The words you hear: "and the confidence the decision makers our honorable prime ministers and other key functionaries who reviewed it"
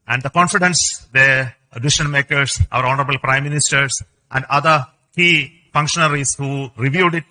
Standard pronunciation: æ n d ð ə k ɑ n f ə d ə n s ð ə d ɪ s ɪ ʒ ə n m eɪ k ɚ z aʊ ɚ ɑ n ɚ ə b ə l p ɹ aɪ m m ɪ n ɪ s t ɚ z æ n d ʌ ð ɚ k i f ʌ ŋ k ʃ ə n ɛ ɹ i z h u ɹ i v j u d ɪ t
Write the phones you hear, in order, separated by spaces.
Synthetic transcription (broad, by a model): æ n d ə k ɑ n f ə d ə n s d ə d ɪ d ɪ ʃ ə n m eɪ k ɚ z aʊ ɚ ɑ n ɚ ə b ə l p ɹ aɪ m m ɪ n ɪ s t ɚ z æ n d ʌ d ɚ k i f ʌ ŋ k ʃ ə n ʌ ɹ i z h u ɹ i v j u d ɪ t